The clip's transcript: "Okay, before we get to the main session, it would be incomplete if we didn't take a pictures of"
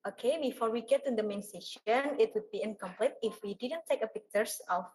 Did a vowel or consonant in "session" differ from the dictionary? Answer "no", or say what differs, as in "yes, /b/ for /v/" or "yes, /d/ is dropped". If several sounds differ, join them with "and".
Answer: no